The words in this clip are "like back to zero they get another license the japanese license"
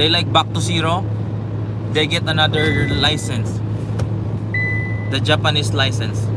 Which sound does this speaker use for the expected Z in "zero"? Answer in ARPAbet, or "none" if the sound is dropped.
S